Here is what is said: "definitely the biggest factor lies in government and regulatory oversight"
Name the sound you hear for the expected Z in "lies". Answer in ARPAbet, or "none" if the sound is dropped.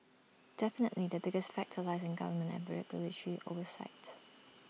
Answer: Z